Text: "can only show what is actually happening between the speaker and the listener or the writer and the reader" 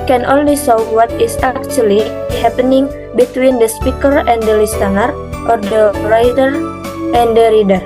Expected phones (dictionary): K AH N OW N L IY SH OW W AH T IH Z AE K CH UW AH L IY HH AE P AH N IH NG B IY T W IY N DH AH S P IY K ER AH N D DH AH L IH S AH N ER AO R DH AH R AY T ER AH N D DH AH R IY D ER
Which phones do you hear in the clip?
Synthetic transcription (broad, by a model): K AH N OW N L IY S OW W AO T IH S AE K CH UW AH L IY HH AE P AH N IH NG B IY T W IY N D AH S P IY K ER AH N D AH L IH S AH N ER AO R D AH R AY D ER AH N D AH R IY D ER